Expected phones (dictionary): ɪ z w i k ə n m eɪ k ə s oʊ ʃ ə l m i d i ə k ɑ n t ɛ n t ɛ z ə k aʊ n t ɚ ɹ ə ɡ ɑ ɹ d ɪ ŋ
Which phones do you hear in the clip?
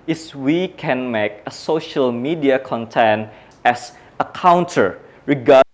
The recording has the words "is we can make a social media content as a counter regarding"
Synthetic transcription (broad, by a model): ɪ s w i k ə n m eɪ k ə s oʊ ʃ ə l m i d i ə k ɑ n t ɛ n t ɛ s ə k aʊ n t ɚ ɹ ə ɡ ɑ